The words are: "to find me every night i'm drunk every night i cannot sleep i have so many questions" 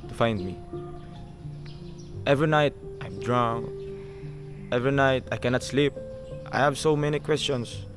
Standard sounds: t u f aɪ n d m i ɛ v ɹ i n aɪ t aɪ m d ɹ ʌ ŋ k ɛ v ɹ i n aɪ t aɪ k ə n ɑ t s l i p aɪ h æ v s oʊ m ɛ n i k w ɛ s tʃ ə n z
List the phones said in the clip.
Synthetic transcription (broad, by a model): t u f aɪ n d m i ɛ v ɹ i n aɪ t aɪ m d ɹ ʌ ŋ ɛ v ɹ i n aɪ t aɪ k ə n ɑ t s l i p aɪ h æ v s oʊ m ɛ n i k w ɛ s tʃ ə n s